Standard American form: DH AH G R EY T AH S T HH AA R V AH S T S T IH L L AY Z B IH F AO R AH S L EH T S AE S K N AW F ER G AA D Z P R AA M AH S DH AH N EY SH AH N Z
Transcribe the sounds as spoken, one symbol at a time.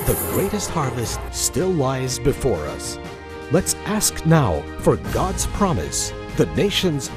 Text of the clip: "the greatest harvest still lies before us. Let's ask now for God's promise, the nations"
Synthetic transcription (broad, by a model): DH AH G R EY T AH S T HH AA R V AH S T S T IH L L AY Z B IH F AO R AH S L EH T S AE S K N AW F ER G AA D Z P R AA M AH S DH AH N EY SH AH N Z